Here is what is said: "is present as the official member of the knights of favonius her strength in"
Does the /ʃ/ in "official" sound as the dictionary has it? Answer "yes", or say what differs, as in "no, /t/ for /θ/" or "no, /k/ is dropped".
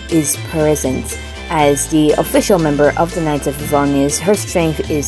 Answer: yes